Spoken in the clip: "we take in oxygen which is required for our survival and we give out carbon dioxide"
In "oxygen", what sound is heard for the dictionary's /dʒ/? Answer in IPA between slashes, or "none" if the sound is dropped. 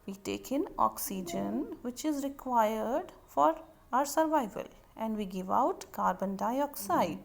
/dʒ/